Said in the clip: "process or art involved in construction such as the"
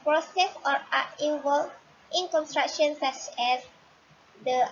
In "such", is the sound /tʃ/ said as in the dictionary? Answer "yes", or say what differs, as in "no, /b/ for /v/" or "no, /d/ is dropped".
no, /s/ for /tʃ/